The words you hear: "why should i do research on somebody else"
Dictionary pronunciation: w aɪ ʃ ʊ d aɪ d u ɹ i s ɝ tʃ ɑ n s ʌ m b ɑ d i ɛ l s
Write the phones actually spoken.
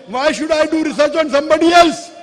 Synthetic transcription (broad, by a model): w aɪ ʃ ʊ d aɪ d u ɹ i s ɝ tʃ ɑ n s ʌ m b ɑ d i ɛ l s